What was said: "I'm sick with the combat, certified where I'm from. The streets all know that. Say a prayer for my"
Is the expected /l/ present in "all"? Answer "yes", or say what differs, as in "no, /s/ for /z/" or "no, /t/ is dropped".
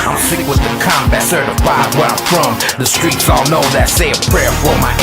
yes